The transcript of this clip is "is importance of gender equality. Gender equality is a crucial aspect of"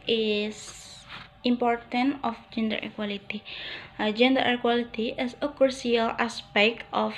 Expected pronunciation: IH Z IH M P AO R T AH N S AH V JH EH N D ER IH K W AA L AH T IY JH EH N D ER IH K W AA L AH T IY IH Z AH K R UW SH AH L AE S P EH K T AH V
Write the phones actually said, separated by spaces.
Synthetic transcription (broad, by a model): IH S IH M P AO R T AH N AH F JH EH N D ER IH K W AA L AH T IY JH EH N D ER IH K W AA L AH T IY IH S AH K UW S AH L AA S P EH K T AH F